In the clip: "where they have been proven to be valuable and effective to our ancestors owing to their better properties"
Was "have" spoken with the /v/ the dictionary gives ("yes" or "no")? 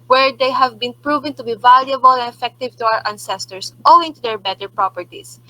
yes